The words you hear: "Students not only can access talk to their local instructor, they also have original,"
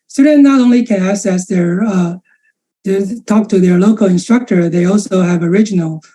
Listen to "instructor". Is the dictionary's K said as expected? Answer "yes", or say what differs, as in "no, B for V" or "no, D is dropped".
yes